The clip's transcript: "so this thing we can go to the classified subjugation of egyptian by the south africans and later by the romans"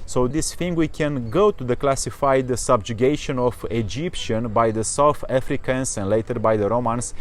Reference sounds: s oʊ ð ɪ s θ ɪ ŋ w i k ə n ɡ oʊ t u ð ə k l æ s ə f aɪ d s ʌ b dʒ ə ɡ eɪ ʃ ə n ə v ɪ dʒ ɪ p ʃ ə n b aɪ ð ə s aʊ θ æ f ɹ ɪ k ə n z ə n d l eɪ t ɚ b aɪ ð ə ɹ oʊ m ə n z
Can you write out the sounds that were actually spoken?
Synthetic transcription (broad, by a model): s oʊ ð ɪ s f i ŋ w i k ə n ɡ oʊ t u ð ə k l æ s ə f aɪ d s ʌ b dʒ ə ɡ eɪ ʃ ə n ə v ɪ dʒ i p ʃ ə n b aɪ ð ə s aʊ θ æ f ɹ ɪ k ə n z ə n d l eɪ t ɚ b aɪ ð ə ɹ oʊ m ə n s